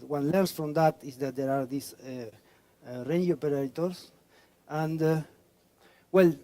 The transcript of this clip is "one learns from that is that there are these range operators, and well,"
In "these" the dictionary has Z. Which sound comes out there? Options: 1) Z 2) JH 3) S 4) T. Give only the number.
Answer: 3